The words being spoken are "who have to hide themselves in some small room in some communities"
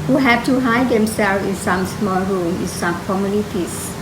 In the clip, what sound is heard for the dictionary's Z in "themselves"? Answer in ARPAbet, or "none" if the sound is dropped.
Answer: none